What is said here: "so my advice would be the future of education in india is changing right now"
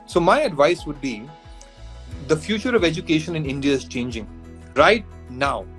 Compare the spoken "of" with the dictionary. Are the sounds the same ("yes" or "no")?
yes